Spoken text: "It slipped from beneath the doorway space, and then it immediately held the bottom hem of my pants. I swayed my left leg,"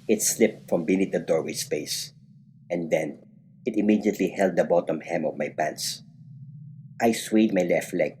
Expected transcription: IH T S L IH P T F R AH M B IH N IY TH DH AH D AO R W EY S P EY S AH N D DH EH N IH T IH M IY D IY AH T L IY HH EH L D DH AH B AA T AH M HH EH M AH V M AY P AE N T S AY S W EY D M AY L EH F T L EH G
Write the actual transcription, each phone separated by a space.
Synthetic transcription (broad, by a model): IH T S L IH P T F R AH M B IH N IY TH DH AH D AO R W EY S P EY S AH N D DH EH N IH T IH M IY D IY AH T L IY HH EH L D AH B AA T AH M HH EH M AH V M AY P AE N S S AY S W EY D M AY L EH F T L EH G